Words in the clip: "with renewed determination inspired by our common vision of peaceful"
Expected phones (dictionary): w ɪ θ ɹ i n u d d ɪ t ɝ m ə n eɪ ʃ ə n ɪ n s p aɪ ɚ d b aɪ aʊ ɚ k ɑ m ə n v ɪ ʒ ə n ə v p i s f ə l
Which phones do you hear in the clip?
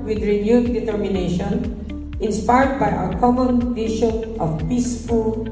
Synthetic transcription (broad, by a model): w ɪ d ɹ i n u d d ɪ t ɝ m ə n eɪ ʃ ə n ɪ n s p aɪ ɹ d b aɪ aʊ ɚ k ɑ m ə n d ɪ ʃ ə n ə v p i s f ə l